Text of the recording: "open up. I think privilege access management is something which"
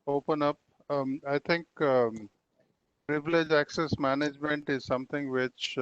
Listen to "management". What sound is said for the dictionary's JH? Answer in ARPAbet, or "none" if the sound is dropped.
JH